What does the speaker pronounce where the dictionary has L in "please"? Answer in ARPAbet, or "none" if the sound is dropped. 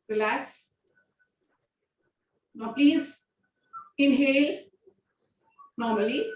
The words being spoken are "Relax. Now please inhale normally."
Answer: L